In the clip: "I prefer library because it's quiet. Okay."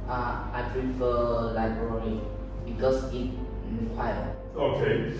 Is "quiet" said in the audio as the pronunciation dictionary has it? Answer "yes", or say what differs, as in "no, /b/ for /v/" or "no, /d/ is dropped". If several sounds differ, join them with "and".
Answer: no, /t/ is dropped